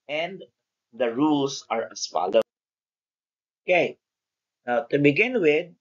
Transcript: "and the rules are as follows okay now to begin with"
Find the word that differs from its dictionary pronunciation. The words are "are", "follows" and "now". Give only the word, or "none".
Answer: follows